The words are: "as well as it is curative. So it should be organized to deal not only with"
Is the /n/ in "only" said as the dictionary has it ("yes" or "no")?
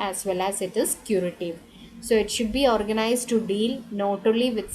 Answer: no